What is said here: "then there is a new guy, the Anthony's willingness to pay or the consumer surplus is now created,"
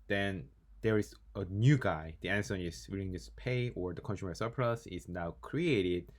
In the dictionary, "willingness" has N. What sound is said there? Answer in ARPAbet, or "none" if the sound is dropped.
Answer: none